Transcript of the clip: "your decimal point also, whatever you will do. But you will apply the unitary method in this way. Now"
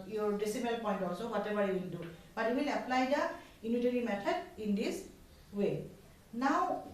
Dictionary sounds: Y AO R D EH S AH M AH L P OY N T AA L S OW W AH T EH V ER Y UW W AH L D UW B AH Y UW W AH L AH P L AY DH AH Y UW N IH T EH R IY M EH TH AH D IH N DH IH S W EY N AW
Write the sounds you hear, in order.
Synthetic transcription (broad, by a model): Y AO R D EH S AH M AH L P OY N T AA S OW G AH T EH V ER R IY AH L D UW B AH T W AH L AH P L AY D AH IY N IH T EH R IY M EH T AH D IH N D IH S W EY N AW